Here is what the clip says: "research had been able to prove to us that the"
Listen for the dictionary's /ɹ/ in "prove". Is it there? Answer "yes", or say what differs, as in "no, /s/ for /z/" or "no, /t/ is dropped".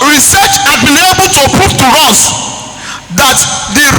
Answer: no, /ɹ/ is dropped